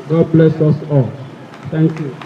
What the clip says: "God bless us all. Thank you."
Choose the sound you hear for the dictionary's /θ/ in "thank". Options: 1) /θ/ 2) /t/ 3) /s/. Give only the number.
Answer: 2